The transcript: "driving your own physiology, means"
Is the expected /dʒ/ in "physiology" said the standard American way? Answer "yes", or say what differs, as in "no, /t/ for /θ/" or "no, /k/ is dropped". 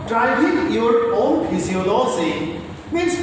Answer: no, /z/ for /dʒ/